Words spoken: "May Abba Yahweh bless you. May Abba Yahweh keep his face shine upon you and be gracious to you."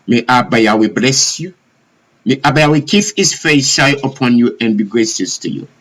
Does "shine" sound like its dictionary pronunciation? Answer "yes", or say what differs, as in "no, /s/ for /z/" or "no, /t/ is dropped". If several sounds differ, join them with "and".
no, /n/ is dropped